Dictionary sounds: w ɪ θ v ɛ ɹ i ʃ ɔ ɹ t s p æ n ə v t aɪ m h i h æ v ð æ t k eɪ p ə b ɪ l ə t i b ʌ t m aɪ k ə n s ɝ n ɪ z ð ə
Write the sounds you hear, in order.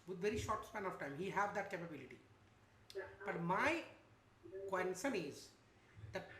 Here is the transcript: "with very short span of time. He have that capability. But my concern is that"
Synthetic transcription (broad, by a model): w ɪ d v ɛ ɹ i ʃ ɔ ɹ t s p æ n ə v t aɪ m h i h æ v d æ t k eɪ p ə b ɪ l ə t i b ʌ t m aɪ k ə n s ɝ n ɪ z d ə